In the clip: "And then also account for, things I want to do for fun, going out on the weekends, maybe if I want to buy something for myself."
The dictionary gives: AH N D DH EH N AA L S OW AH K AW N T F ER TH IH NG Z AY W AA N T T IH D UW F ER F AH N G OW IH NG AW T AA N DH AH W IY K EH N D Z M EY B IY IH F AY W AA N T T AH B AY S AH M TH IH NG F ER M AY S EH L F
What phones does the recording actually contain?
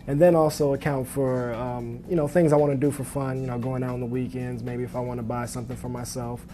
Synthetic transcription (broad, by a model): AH N DH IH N AA L S OW AH K AW N T F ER TH IH NG Z AY W AA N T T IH D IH F ER F AH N G OW IH NG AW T N DH AH W IY K EH N D Z M EY B IY IH F AY W AA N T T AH B AY S AH M TH IH NG F ER M AY S EH L F